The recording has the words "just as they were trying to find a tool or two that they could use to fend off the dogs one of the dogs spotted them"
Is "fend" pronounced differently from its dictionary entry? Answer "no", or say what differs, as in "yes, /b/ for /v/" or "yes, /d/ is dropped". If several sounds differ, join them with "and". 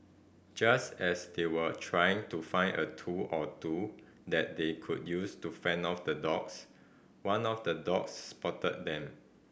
yes, /d/ is dropped